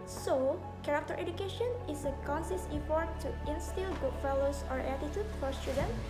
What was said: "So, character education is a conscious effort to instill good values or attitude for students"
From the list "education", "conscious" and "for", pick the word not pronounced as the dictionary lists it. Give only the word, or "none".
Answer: conscious